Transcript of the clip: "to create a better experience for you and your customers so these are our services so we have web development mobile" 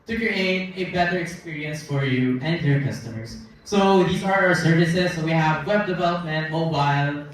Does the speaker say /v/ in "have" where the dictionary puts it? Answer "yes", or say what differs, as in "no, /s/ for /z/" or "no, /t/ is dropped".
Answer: yes